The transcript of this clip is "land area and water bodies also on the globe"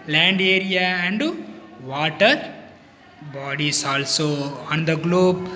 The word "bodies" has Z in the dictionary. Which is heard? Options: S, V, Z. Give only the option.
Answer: S